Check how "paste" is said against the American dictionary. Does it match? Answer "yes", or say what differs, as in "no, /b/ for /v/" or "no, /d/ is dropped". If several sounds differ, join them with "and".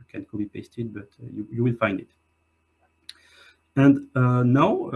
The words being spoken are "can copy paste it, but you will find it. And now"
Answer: yes